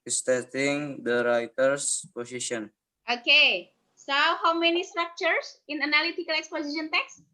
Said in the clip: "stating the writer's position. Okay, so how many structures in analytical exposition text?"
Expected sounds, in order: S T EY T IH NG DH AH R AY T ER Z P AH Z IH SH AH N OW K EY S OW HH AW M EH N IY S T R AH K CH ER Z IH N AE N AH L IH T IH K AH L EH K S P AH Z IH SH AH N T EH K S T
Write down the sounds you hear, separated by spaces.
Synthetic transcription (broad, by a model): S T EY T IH NG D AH R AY T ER S P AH S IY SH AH N OW K EY S OW HH AW M EH N IY S T R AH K CH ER S IH N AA N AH L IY T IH K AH L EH K S P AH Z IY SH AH N T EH K S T